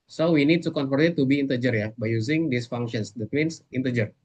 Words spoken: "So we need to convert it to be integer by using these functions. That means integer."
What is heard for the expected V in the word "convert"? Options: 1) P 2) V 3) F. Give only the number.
3